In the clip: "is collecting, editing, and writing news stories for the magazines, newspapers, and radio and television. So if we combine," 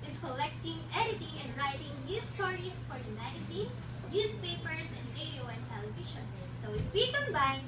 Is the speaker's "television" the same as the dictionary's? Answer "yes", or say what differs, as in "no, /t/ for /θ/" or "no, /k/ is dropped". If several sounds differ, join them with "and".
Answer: no, /ʃ/ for /ʒ/